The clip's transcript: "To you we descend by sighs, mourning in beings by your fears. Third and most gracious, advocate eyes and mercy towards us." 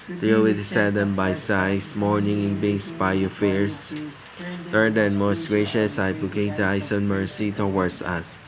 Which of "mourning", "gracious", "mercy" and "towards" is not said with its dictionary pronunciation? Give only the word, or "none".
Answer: towards